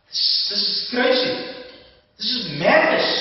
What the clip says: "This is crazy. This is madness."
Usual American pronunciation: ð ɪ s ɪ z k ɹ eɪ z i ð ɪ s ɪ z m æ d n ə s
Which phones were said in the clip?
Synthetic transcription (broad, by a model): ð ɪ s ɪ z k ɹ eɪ s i ð ɪ s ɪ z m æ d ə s